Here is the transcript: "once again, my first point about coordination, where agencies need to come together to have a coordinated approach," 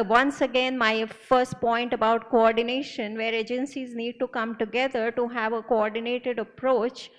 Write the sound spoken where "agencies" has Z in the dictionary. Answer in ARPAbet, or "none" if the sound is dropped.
Z